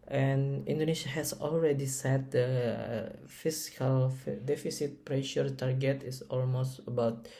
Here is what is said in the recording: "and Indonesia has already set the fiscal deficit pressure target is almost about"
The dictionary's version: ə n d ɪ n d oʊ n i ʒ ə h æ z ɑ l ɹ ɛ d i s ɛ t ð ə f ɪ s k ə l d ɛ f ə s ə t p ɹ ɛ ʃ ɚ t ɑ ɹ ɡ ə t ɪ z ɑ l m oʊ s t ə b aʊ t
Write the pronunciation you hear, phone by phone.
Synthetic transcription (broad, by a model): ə n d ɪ n d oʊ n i ʃ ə h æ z ɑ l ɹ ɛ d i s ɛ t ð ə f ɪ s k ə l d ɛ f ə s ə t p ɹ ɛ ʃ ɚ t ɑ ɹ ɡ ə t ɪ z ɑ l m oʊ s t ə b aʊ t